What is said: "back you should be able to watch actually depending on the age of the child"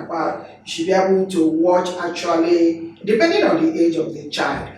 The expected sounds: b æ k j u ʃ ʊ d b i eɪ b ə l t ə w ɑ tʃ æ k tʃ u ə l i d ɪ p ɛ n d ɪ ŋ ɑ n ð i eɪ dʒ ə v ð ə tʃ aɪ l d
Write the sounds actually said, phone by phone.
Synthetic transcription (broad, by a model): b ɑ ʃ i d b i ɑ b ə n t ə w ɑ tʃ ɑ k tʃ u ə l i d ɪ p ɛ n d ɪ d ɑ n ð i eɪ dʒ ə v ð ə tʃ aɪ l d